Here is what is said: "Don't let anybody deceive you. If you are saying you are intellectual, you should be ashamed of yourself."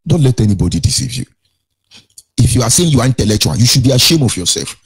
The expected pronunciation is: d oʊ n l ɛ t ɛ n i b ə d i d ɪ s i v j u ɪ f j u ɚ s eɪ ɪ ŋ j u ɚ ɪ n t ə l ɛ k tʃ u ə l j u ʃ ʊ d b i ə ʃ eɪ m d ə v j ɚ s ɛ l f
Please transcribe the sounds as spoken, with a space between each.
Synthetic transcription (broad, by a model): d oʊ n l ɛ t ɛ n i b ə d i d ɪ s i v j u ɪ f j u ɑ s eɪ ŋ j u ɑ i n t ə l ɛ k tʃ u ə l j u ʃ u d b i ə ʃ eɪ m ə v j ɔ s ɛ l f